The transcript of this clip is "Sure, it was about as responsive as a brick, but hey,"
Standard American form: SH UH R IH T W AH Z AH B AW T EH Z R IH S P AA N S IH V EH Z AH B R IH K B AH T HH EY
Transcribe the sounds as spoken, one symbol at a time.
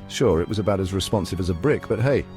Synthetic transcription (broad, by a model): SH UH R IH T W AH Z AH B AW T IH Z R IH S P AA N S IH V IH Z AH B R IH K B AH T HH EY